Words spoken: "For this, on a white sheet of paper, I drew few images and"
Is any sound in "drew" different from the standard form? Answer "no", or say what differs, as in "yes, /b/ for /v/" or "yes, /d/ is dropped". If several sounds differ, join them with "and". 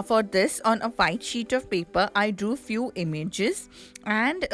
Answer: yes, /ɹ/ is dropped